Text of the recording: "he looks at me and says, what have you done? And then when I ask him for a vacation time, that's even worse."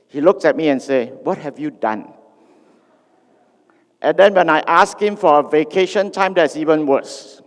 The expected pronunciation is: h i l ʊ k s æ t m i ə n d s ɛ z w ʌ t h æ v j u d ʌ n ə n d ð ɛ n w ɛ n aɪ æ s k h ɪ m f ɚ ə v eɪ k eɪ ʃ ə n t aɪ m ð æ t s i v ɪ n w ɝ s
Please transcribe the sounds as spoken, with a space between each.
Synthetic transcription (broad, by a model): h i l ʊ k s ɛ t m i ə n s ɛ w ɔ t h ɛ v j u d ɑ n ə n d ɛ n w ɛ n aɪ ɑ s k h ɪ m f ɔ ə v eɪ k eɪ ʃ ə n t aɪ m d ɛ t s i v ɪ n w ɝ s